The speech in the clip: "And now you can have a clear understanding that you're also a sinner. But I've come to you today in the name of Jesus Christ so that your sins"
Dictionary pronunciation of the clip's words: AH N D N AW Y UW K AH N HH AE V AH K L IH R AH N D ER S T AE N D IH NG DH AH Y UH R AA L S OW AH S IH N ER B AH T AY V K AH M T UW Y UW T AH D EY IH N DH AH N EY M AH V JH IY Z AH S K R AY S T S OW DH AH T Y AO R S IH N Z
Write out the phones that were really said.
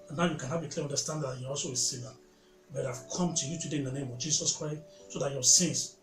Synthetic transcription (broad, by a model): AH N N AW Y UW K AH N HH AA B AH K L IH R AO N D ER S T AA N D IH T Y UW AA L S OW AH S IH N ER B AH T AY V K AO M T UW Y UW T AH D EY IH N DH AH N EY M AH V JH IY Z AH S K R AY S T S OW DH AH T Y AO S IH N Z